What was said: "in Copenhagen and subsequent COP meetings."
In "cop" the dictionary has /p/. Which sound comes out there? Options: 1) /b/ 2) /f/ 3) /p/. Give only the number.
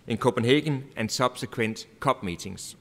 1